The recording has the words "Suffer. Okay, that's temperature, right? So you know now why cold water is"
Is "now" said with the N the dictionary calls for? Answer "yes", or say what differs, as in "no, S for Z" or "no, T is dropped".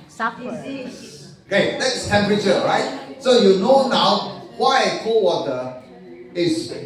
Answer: yes